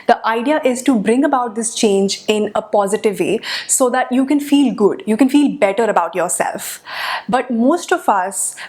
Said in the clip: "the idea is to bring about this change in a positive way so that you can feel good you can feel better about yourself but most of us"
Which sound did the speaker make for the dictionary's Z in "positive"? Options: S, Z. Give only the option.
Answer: Z